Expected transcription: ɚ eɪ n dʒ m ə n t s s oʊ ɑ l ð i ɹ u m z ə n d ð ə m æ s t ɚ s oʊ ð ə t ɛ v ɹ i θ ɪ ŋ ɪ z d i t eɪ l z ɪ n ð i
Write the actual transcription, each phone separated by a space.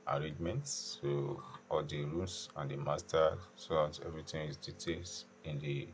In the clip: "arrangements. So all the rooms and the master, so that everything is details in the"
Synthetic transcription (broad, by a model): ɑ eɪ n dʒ m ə n t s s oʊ ɑ l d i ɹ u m s ə n d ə m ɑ s t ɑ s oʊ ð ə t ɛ v ɹ i t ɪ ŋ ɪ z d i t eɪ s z ɪ n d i